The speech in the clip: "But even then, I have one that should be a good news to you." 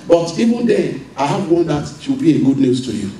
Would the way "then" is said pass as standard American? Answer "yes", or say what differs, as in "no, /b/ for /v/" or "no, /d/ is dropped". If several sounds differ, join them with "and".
no, /n/ is dropped